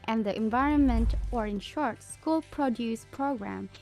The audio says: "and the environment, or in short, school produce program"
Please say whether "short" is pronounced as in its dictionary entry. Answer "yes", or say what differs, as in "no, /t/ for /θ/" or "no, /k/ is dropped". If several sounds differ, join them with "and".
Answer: yes